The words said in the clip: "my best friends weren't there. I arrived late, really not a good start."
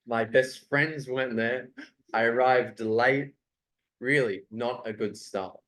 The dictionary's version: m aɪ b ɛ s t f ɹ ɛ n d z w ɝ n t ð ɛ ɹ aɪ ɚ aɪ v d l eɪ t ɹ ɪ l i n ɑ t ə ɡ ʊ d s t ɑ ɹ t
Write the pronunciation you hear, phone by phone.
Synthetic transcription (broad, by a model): m aɪ b ɛ s t f ɹ ɛ n d z w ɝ n ð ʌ ɹ aɪ ɚ aɪ v d l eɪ t ɹ ɪ l i n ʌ t ə ɡ ʊ d s t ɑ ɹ t